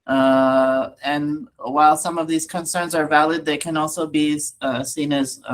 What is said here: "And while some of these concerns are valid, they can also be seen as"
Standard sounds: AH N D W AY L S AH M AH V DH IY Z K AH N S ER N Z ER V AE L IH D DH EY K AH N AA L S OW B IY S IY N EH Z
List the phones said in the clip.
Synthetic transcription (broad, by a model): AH N W AY L S AH M AH V DH IY Z K AH N S ER N Z ER V AE L IH D DH EY K AH N AA L S OW B IY S IY N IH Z